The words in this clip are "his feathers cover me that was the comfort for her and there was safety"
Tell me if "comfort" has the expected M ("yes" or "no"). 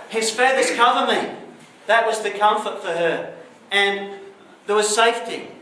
yes